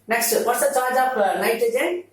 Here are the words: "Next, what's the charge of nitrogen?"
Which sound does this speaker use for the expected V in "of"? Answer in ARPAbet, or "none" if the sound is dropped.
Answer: P